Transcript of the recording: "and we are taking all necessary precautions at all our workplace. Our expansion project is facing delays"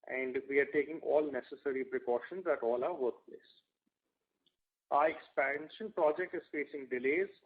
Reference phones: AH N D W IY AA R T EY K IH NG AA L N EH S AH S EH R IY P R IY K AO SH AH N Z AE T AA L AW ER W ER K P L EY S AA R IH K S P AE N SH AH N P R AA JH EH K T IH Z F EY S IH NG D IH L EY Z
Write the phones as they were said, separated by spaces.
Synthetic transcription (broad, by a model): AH N D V IY AA R T EY K IH NG AA L N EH S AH S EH R IY P R IY K AO SH AH N Z AE T AA L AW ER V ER K P L EY S AA R IH K S P AE N SH AH N P R AA JH EH K T IH Z F EY S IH NG D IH L EY Z